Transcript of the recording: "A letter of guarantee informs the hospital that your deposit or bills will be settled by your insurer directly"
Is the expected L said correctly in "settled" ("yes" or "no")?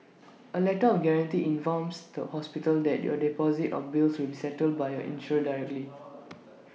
yes